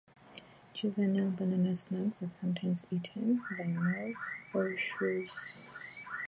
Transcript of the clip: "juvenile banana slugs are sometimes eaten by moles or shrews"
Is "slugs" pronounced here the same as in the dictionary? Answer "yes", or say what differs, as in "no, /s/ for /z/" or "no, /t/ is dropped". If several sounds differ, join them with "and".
no, /n/ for /l/